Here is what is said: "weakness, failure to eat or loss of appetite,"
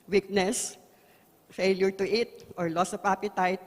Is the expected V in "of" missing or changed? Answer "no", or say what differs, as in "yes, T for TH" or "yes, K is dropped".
yes, P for V